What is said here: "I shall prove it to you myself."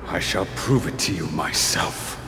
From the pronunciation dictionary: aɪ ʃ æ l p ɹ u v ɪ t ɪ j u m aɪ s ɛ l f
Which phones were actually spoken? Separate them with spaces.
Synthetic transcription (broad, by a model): aɪ ʃ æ l p ɹ u v ɪ t ɪ j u m aɪ s ɛ l f